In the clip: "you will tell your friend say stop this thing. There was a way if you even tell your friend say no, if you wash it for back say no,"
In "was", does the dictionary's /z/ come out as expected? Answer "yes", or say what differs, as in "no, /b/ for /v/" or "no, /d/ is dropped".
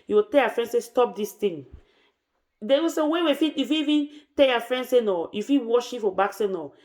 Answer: no, /s/ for /z/